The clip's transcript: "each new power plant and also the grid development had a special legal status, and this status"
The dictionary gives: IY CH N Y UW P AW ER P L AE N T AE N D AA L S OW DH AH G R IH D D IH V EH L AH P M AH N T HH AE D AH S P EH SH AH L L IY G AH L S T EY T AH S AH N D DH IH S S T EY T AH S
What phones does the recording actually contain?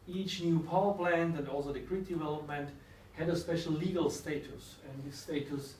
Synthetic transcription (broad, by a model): IY CH N Y UW P AW ER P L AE N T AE N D AA L S OW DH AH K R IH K D IH V EH L AH P M AH N T HH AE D AH S P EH SH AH L L IY G AH L S T EY T AH S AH N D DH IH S S T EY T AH S